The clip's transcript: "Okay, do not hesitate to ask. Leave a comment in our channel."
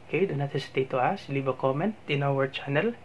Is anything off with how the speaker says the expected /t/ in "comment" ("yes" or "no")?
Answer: no